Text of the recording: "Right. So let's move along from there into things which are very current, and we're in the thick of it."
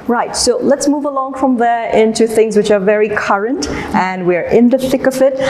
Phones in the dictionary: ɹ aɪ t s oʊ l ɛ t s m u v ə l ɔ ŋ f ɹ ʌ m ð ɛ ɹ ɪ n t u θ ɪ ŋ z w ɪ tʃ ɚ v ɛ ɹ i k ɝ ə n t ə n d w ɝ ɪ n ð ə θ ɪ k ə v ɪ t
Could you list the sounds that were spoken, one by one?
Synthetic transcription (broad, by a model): ɹ aɪ t s oʊ l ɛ t s m u v ə l ɔ ŋ f ɹ ʌ m ð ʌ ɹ ɪ n t u θ ɪ ŋ z w ɪ tʃ ɚ v ɛ ɹ i k ɝ ə n t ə n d w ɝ ɪ n ð ə θ ɪ k ə v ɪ t